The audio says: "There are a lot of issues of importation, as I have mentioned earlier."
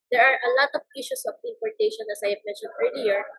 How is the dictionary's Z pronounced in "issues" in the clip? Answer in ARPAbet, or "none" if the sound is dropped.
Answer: S